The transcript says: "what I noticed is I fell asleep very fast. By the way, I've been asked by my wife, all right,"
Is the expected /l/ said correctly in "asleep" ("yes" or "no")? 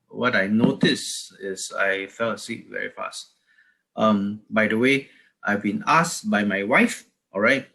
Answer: no